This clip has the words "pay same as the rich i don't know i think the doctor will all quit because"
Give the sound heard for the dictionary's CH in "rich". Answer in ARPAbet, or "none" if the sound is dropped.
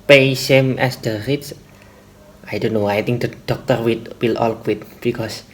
S